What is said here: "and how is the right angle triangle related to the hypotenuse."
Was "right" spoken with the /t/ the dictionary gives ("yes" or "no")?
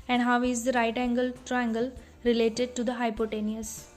yes